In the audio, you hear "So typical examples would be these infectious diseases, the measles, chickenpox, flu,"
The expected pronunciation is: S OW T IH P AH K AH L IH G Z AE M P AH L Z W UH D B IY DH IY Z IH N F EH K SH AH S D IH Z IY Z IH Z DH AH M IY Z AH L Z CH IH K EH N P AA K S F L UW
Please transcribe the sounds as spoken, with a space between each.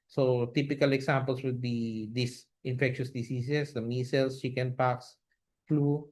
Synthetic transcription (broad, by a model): S OW T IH P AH K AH L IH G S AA M P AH L S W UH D B IY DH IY S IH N F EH K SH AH S D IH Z IY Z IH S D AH M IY S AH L S CH IH K EH N P AA K S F L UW